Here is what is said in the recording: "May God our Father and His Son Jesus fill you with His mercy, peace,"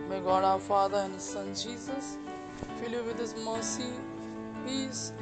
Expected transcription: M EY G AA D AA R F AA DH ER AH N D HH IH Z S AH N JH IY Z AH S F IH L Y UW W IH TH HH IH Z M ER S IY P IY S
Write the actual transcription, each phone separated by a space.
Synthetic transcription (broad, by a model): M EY G AA D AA W F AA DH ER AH N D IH S AH N JH IY Z AH S F IH L Y UW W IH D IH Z M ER S IY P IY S